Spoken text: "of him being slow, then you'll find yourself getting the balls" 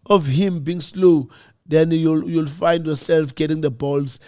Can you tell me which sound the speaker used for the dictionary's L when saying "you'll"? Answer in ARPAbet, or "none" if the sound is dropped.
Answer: L